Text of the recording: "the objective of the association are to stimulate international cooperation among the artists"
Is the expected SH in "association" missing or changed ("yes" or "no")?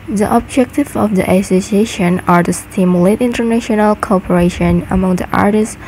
no